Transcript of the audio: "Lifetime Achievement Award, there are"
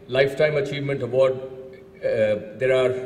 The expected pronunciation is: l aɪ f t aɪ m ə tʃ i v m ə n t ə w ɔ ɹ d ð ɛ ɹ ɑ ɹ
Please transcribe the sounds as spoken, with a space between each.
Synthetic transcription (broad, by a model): l aɪ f t aɪ m ə tʃ i v m ə n t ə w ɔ ɹ d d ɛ ɹ ɑ ɹ